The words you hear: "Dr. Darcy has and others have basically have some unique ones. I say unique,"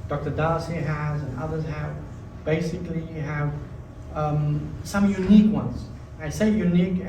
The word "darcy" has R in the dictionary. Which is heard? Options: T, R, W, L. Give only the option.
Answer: L